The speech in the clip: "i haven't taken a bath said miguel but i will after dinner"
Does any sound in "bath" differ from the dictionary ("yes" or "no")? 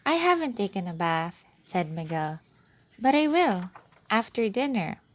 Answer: no